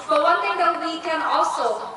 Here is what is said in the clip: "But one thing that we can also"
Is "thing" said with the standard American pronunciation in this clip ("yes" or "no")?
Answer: no